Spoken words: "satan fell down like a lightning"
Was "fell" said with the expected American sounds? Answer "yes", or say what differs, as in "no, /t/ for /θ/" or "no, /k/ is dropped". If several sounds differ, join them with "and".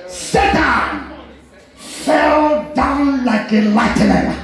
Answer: yes